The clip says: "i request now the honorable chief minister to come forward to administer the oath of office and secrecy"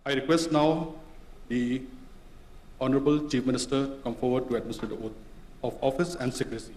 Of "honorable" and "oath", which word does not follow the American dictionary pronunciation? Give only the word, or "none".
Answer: oath